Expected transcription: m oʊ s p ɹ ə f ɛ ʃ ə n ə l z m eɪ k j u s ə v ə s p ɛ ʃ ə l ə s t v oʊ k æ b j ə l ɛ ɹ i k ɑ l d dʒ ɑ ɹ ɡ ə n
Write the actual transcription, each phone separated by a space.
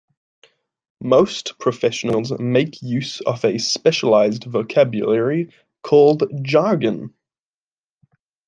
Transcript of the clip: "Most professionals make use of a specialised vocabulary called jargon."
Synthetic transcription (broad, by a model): m oʊ s p ɹ ə f ɛ ʃ ə n ə l z m eɪ k j u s ə v ə s p ɛ ʃ ə l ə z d v oʊ k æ b j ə l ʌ ɹ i k ɑ l d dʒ ɑ ɡ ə n